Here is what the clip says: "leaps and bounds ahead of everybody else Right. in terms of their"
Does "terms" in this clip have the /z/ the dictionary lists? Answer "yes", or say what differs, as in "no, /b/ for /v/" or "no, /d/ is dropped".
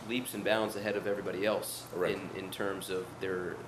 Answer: yes